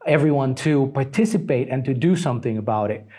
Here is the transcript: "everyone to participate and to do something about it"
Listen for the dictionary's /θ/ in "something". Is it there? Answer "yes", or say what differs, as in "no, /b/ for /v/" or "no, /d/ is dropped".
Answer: yes